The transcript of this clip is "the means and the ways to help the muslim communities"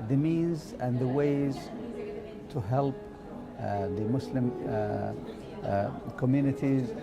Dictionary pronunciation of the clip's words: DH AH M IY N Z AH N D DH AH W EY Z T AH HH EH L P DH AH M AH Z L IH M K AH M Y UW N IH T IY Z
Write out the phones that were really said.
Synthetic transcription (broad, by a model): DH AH M IY N Z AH N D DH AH W EY Z T AH HH EH L P DH AH M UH S L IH M K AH M Y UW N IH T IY Z